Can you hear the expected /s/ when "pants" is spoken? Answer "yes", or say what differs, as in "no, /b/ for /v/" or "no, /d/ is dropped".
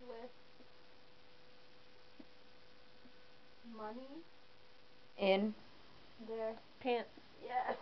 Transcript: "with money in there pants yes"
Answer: no, /s/ is dropped